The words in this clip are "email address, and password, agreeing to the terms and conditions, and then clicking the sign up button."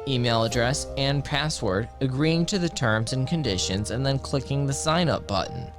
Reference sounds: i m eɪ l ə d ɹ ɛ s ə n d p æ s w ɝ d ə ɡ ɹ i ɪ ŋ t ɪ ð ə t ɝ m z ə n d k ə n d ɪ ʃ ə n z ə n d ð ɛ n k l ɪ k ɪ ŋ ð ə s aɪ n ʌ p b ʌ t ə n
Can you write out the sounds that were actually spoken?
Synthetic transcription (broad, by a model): i m eɪ l ə d ɹ ɛ s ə n p æ s w ɝ d ə ɡ ɹ i ɪ ŋ t ɪ ð ə t ɝ m z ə n k ə n d ɪ ʃ ə n z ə n ð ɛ n k l ɪ k ɪ ŋ ð ə s aɪ n ʌ p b ʌ t n